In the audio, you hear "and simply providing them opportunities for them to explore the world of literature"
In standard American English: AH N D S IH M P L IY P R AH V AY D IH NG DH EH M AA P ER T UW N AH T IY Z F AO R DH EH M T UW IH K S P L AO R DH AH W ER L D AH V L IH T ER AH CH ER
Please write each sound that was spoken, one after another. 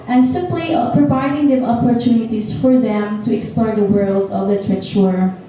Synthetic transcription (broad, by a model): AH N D S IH P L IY P R AH V AY D IH NG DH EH M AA P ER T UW N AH T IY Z F AO R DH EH M T UW IH K S P L AO R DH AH W ER L D AH V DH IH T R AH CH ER